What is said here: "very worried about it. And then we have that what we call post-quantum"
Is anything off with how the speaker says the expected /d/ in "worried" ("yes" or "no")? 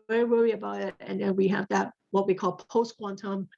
yes